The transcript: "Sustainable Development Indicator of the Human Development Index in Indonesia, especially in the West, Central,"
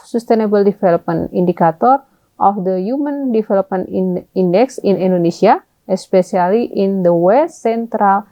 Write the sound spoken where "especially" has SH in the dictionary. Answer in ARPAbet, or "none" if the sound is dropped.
S